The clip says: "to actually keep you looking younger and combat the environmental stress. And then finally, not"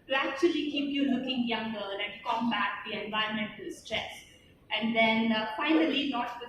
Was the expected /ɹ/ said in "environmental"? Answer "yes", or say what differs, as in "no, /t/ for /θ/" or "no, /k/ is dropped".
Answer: no, /ɹ/ is dropped